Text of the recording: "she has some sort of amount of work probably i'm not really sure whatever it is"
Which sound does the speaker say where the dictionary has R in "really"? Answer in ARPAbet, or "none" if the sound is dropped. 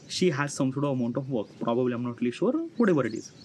L